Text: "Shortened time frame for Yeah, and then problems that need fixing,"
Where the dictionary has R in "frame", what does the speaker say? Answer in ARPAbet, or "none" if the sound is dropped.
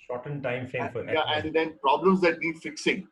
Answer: none